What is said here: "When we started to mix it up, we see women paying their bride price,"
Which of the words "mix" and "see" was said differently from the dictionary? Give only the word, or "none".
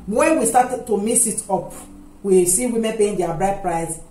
mix